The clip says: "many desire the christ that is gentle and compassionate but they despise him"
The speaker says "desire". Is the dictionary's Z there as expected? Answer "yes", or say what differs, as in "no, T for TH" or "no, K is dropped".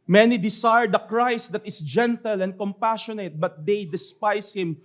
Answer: no, S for Z